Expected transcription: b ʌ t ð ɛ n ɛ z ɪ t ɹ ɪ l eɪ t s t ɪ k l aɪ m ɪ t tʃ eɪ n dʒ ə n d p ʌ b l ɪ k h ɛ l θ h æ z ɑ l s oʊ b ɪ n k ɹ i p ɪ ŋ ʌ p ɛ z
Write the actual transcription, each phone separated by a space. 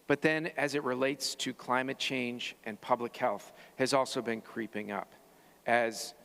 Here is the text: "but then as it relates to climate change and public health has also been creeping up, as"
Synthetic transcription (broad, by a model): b ʌ t ð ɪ n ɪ z ɪ t ɹ ɪ l eɪ t s t ɪ k l aɪ m ɪ t tʃ eɪ n dʒ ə n p ʌ b l ɪ k h ɛ l θ h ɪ z ɑ l s oʊ b ɪ n k ɹ i p ɪ ŋ ʌ p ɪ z